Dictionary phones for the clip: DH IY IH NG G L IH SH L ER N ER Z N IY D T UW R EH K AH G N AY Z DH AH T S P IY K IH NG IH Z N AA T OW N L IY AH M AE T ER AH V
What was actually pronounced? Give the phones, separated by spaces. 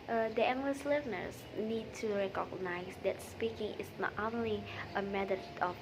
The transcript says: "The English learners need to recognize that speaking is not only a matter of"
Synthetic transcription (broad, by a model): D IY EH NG G L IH S L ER N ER S N IY D T UW R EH K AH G N AY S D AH T S P IY K IH NG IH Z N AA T OW N L IY AH M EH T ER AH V